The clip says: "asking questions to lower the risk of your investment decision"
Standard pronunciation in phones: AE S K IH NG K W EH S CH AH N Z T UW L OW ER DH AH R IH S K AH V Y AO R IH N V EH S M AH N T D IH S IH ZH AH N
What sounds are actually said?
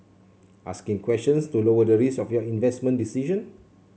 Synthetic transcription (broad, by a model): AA S K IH NG K W EH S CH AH N S T UW L OW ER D AH R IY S AH F Y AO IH N V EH S M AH N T D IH S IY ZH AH N